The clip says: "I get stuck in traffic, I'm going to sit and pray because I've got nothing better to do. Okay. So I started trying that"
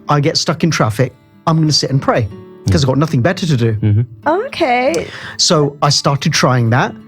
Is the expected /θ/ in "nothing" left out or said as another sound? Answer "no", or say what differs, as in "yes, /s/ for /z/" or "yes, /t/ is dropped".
no